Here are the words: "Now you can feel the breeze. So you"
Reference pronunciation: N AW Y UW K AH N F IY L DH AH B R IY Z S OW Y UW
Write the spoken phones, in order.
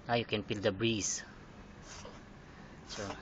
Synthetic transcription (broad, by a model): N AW Y UW K AH N P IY L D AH B R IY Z S OW